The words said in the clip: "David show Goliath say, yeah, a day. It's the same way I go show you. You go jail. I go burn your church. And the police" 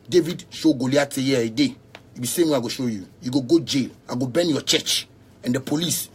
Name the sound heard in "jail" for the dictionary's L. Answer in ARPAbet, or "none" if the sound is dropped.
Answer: L